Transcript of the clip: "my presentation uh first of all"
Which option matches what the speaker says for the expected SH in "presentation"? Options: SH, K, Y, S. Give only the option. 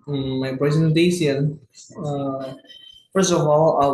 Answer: S